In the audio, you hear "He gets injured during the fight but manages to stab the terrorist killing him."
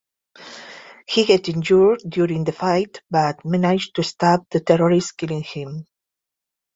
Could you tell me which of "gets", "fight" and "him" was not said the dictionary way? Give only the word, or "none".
gets